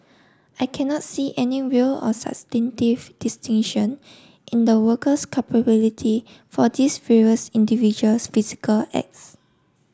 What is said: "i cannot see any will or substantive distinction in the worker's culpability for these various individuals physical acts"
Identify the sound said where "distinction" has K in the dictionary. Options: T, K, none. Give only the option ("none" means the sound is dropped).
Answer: none